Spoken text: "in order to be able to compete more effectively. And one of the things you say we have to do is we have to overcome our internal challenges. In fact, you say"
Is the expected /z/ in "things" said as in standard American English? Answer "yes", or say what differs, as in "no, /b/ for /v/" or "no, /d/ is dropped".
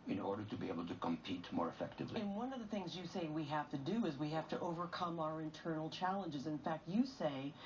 yes